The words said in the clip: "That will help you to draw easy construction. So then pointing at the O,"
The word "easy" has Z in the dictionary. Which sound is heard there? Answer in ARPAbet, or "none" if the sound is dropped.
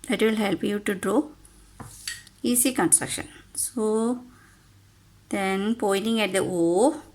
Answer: S